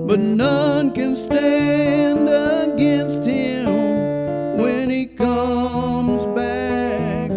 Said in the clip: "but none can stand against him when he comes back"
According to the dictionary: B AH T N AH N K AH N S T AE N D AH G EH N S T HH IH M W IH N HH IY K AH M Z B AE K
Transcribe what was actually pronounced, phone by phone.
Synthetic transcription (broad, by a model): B AH T N AH N K AH N S T AE N D AH G EH N S T HH IH M W IH N IY K AH M Z B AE K